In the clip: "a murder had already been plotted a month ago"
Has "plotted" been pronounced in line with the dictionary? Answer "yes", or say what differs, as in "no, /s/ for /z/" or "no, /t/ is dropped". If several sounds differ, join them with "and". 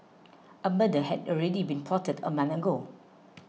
no, /l/ is dropped